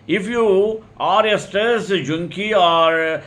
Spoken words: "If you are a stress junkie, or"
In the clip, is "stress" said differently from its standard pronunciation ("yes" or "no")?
yes